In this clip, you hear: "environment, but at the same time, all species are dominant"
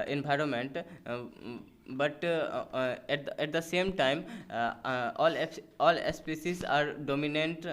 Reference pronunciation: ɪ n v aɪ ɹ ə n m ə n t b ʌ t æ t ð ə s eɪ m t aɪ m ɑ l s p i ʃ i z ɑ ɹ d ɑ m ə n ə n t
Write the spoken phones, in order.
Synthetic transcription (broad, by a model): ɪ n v aɪ ɹ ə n m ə n t b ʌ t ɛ t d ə s eɪ m t aɪ m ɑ l s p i s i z ɑ ɹ d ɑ m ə n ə n t